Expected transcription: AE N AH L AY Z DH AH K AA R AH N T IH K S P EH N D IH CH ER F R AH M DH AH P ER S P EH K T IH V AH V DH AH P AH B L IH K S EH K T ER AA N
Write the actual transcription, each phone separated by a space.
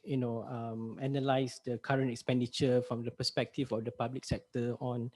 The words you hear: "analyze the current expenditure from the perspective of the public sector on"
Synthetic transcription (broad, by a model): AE N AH L AY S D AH K AA R AH N T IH K S P EH N D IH CH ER F R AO M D AH P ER S P EH K T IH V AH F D AH P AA B L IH K S EH K T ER AA N